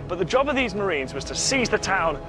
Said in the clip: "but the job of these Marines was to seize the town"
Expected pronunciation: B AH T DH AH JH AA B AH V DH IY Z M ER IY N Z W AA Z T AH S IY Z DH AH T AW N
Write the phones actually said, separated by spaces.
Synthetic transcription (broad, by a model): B AH T DH AH JH AA B AH V DH IY Z M ER IY N Z W AA Z T AH S IY Z DH AH T AW N